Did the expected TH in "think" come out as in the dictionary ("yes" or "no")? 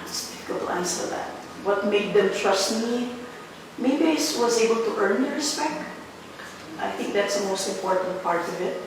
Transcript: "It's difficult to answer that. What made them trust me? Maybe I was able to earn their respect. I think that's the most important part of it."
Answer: yes